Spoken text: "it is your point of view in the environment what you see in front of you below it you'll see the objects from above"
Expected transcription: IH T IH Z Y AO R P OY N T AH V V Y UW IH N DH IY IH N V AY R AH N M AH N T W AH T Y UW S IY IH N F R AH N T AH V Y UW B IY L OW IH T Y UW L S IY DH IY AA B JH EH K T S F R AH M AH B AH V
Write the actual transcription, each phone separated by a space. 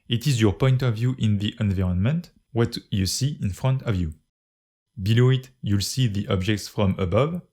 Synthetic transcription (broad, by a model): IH T IH Z Y AO R P OY N T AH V V Y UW IH N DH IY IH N V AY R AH N M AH N T W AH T Y UW S IY IH N F R AH N T AH V Y UW B IY L OW IH T Y UW L S IY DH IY AA B JH EH K T S F R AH M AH B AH V